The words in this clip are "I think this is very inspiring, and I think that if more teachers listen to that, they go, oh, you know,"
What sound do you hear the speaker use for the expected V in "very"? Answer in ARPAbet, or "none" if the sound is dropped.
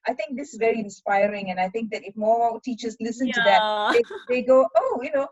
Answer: V